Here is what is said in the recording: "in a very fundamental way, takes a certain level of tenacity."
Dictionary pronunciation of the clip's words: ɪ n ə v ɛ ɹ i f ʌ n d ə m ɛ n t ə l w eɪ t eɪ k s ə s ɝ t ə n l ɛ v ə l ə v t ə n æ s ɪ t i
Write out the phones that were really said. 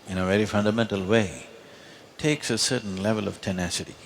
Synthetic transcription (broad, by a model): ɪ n ə v ɛ ɹ i f ʌ n d ə m ɛ n t ə l w eɪ t eɪ k s ə s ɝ t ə n l ɛ v ə l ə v t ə n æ s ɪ t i